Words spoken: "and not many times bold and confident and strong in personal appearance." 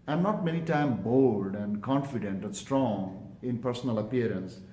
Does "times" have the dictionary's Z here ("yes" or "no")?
no